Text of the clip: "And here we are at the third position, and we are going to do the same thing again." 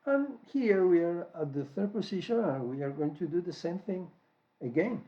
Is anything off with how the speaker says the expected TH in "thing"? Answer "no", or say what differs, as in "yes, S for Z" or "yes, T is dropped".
no